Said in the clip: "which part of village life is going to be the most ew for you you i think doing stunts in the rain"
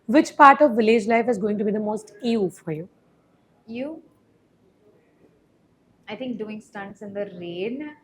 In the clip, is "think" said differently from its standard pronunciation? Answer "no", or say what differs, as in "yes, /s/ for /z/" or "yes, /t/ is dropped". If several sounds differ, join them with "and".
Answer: yes, /t/ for /θ/